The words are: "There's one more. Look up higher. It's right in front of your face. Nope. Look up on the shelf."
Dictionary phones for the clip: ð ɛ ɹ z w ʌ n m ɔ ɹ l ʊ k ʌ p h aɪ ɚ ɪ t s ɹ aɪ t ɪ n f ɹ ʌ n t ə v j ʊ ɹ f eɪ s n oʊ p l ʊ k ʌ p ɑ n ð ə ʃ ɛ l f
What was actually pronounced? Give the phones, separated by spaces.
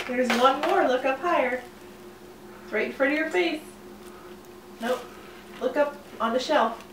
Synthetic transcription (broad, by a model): ð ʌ ɹ z w ʌ n m ɔ ɹ l ʊ k ʌ p h aɪ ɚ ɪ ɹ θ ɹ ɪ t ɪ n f ɹ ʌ t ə j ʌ ɹ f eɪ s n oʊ l ʊ k ʌ p n ð ə ʃ ɛ l f